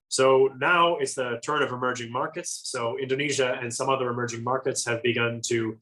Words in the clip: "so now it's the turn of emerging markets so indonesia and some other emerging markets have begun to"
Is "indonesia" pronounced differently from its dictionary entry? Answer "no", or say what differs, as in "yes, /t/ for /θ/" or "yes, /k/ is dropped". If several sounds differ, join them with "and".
no